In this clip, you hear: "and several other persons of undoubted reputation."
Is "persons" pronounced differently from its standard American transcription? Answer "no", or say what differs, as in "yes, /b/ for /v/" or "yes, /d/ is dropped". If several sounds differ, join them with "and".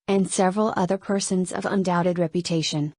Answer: no